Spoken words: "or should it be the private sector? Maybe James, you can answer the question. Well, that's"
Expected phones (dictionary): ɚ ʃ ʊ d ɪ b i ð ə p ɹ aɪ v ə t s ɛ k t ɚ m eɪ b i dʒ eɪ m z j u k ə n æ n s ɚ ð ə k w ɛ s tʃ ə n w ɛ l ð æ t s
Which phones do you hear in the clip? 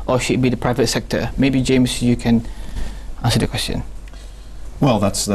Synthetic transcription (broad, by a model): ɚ ʃ ʊ d b i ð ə p ɹ aɪ v ə t s ɛ k t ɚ m eɪ b i dʒ eɪ m s j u k ə n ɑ n s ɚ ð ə k w ɛ s tʃ ə n w ɛ l ð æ t s